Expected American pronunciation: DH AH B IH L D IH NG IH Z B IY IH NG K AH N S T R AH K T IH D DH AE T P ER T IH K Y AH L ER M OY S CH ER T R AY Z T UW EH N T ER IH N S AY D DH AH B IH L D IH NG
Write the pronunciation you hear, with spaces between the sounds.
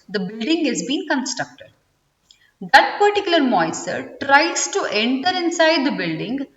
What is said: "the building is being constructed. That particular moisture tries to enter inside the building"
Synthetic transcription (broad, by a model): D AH B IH L D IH NG IH Z B IY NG K AH N S T R AH K T IH D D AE T P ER T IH K Y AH L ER M OY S ER T R AY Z T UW EH N T ER IH N S AY D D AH B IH L D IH NG